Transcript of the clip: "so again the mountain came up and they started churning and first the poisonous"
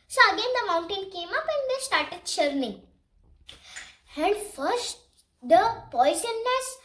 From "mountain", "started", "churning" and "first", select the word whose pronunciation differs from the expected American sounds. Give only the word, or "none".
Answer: churning